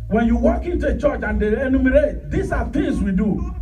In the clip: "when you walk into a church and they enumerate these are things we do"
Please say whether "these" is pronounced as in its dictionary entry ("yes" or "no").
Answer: no